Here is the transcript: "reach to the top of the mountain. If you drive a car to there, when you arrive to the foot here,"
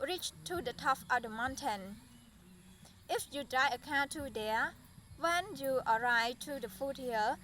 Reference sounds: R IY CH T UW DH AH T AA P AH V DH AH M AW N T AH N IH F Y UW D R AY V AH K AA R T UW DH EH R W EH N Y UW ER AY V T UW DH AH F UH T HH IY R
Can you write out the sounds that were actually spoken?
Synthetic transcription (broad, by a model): R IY CH T UW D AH T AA F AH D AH M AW N T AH N IH F Y UW D R AY AH K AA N T UW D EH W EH N Y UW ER AY T UW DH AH F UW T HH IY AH